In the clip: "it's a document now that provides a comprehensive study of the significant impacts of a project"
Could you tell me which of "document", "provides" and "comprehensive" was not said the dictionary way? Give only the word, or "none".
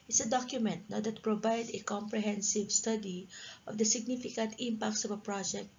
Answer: provides